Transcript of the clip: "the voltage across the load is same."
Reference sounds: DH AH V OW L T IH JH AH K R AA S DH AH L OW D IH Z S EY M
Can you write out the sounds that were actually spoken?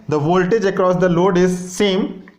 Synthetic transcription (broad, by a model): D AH V OW L T IH JH AH K R AA S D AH L OW D IH Z S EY M